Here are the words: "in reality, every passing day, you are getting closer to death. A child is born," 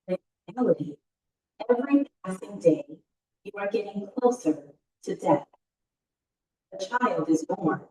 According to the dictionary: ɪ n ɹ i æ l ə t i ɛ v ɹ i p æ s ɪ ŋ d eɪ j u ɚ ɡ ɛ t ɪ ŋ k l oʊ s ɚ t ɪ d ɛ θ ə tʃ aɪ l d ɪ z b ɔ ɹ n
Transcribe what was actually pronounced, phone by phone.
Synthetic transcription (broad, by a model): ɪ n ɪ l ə t i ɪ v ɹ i p æ s ɪ ŋ d eɪ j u ɚ ɡ ɛ t ɪ ŋ k l oʊ s ɚ t ɪ d ɛ θ ə tʃ aɪ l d ɪ z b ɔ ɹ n